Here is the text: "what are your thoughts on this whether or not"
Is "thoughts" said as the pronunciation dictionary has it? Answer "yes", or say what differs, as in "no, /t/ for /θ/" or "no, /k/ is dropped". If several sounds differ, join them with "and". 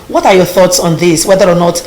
yes